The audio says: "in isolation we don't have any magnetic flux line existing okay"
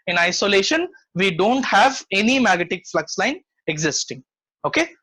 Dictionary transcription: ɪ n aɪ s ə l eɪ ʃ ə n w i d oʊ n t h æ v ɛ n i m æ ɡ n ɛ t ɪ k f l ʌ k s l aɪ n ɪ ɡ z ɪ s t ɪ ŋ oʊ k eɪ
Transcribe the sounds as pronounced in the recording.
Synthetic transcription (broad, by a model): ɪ n aɪ s ə l eɪ ʃ ə n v i d oʊ n t h æ v ɛ n i m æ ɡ ɛ t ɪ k f l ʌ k s l aɪ n ɪ ɡ z ɪ s t ɪ ŋ oʊ k eɪ